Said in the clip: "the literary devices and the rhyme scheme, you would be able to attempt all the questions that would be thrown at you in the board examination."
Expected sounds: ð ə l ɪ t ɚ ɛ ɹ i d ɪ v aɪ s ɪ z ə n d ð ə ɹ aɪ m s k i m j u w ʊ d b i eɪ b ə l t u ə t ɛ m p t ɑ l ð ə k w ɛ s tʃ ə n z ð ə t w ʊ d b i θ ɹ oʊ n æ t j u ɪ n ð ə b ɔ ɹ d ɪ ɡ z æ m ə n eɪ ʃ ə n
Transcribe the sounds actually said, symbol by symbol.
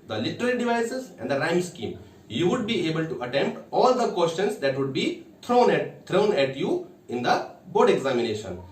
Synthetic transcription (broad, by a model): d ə l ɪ t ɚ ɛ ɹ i d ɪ v aɪ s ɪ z ə n d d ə ɹ aɪ m s k i m j u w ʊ d b i eɪ b ə l t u ə t ɛ m p t ɑ l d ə k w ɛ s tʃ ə n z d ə t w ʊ d b i t ɹ oʊ n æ t j u ɪ n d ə b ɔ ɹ d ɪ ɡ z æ m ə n eɪ ʃ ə n